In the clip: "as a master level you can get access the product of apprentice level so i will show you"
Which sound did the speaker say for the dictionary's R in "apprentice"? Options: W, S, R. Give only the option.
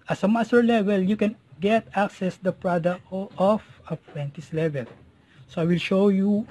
W